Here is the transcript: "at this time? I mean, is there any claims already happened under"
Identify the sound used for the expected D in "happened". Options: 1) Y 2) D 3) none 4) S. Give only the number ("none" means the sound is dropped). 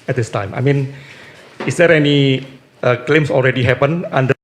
3